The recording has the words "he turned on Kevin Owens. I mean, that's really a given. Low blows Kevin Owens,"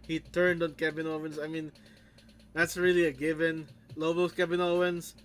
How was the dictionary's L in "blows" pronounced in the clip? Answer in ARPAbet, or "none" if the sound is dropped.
none